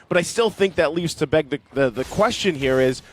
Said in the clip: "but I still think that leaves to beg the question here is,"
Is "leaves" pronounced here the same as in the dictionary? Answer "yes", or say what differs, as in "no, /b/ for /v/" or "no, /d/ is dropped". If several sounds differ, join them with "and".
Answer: yes